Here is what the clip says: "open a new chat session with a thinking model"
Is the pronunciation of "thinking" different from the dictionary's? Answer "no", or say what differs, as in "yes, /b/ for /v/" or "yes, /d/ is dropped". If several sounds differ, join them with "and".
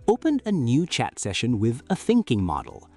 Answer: no